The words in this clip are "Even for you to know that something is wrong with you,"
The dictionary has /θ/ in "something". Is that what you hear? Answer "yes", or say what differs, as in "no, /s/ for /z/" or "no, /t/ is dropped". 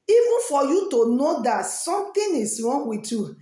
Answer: no, /t/ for /θ/